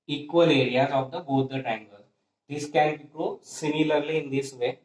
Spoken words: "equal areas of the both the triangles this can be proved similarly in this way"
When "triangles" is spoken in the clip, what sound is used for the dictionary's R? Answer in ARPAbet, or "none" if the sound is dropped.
none